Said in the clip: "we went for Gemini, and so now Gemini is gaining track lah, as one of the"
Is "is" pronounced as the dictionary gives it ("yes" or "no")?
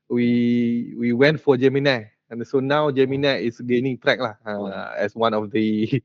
no